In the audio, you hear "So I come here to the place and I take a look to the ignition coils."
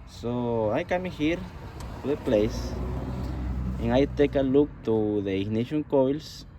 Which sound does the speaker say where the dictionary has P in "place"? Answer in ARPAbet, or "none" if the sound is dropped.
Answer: P